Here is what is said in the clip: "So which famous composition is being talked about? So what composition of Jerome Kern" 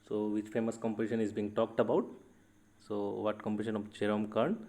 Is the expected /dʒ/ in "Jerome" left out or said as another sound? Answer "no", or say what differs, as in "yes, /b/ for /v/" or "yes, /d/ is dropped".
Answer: yes, /tʃ/ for /dʒ/